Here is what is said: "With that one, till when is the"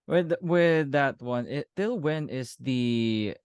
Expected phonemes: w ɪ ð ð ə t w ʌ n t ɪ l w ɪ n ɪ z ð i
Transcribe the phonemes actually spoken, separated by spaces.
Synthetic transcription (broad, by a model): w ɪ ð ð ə t w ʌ n t ɪ l w ɪ n ɪ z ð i